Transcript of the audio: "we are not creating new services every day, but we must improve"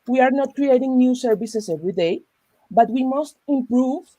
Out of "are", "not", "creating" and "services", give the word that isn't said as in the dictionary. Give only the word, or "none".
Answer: services